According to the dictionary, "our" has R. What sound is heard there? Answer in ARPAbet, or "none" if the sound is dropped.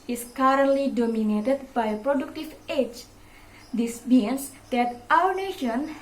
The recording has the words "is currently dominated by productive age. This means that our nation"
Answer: W